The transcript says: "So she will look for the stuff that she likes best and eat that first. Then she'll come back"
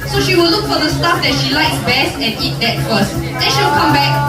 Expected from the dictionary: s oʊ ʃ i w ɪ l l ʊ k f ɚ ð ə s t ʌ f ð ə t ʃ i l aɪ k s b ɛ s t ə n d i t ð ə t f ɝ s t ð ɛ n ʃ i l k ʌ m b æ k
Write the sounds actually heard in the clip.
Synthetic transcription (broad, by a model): s oʊ ʃ i w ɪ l l ʊ k f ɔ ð ə s t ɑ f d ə t ʃ i l aɪ k s b ɛ s t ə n i t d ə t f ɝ s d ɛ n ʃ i w k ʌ m b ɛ k